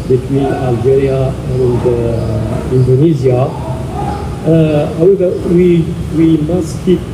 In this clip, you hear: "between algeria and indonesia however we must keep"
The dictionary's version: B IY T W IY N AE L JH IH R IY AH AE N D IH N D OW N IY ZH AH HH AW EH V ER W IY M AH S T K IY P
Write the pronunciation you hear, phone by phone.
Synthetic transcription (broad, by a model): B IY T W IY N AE L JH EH R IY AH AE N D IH N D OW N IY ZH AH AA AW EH W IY W IY M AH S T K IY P